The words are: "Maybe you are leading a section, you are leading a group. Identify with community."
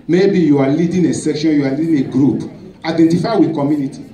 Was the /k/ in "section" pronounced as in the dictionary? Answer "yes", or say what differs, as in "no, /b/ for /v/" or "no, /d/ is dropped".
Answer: yes